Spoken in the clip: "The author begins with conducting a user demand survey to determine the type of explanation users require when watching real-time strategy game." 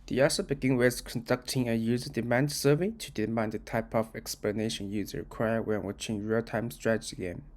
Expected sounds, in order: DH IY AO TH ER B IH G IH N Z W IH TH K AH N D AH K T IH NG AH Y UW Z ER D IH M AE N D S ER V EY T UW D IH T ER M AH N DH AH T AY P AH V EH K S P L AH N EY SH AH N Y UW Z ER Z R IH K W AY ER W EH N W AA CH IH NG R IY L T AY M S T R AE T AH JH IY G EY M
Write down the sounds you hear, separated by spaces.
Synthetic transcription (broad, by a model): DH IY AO S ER B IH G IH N W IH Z K AH N D AH K T IH NG AH Y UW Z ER D IH M AE N D S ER V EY T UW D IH M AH N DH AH T AY P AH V EH K S P L AH N EY SH AH N Y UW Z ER R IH K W AY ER W EH N W AA CH IH NG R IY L T AY M S T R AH CH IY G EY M